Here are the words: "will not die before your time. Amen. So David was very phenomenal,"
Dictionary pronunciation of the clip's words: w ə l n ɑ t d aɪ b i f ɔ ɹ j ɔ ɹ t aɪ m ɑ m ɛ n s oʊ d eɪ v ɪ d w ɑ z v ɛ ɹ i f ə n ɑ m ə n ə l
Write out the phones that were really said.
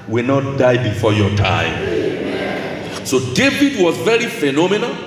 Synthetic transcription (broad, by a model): w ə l n ɑ t d aɪ b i f ɔ j ɔ t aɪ ɑ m s oʊ d eɪ v ɪ d w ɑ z v ɛ ɹ i f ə n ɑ m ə n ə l